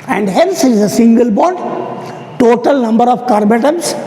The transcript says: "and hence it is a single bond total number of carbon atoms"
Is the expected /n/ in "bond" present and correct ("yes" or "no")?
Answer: no